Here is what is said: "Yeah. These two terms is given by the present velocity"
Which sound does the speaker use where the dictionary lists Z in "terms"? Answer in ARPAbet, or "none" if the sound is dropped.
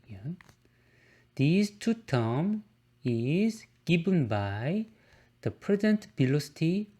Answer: none